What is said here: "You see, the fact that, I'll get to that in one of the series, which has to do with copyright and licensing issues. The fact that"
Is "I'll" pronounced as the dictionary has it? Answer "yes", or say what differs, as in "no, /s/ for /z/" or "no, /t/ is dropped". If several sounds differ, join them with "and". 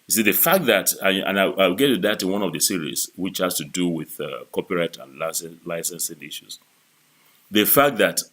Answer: no, /w/ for /l/